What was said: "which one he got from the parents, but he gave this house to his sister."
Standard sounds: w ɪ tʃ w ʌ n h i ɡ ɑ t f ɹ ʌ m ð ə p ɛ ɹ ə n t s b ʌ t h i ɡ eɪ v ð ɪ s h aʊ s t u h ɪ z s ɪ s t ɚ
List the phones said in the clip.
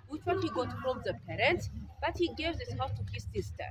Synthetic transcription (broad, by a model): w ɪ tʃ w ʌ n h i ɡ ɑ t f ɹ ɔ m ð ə p ɛ ɹ ə n t s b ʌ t h i ɡ eɪ v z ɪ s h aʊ t u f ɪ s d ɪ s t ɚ